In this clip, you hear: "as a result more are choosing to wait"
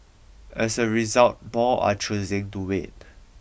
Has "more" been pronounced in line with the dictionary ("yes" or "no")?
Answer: no